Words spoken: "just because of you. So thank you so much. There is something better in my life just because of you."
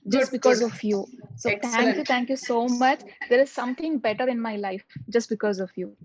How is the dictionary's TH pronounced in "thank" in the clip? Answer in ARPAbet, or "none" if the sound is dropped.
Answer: T